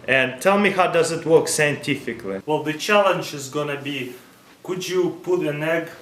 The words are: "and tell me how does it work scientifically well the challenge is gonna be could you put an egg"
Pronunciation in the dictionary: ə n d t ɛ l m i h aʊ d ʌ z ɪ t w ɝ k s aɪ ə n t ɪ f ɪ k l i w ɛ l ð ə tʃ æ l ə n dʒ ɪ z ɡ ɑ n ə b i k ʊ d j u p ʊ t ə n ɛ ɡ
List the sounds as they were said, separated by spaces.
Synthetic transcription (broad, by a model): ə n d t ɛ l m i h aʊ d ʌ z ɪ t w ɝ k s aɪ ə n t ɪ f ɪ k l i w ɛ l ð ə tʃ æ l ə n dʒ ɪ z ɡ ɑ n ə b i k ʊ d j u p ʊ t ə n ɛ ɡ